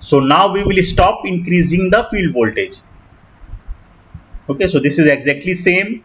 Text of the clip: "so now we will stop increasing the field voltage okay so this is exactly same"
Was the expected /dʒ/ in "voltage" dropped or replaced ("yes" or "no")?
no